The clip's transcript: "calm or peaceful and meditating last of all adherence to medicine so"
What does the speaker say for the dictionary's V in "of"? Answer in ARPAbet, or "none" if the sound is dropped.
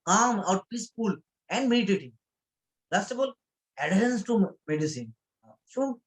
B